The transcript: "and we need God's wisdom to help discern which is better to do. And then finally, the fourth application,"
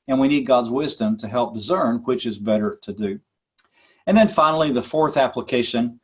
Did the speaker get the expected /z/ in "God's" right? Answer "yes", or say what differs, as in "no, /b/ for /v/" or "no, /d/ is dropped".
yes